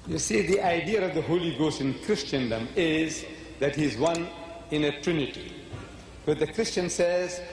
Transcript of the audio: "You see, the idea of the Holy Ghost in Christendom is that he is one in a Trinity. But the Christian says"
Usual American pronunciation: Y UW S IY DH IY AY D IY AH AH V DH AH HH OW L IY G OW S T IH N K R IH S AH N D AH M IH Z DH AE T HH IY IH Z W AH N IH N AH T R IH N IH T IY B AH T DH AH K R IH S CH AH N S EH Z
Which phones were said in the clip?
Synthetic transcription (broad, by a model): Y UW S IY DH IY AY D IY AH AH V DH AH HH OW L IY G OW S T IH N K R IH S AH N D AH M IH Z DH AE T HH IY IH Z W AH N IH N AH T R IH N IH T IY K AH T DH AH K R IH S CH AH N S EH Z